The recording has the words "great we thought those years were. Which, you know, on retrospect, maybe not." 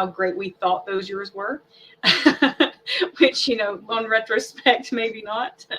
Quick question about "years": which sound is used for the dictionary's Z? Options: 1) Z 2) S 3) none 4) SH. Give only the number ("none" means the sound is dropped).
1